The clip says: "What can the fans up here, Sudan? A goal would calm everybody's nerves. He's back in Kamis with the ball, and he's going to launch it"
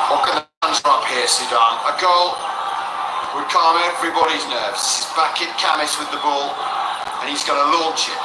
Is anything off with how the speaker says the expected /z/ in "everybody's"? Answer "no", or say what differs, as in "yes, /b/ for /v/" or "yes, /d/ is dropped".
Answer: no